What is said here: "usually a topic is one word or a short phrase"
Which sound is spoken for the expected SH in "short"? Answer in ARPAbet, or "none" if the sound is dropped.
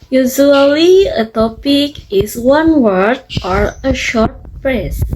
SH